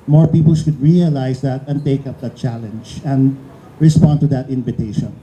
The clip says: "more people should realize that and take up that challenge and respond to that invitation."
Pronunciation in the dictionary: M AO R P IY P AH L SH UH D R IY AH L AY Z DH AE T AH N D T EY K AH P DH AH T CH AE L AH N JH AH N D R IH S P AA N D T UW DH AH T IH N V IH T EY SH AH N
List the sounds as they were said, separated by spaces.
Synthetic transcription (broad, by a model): M AO R P IY P AH L SH UH D R IY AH L AY S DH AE T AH N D T EY K AH P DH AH T CH AE L AH N JH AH N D R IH S P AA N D T UW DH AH T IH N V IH T EY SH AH N